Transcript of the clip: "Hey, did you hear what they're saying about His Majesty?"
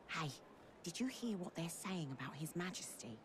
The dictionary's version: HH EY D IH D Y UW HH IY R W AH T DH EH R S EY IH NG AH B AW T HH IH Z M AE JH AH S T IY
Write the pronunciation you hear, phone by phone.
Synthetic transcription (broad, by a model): HH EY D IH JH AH HH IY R W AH T DH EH R S EY IH NG AH B AW T HH IH Z M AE JH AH S T IY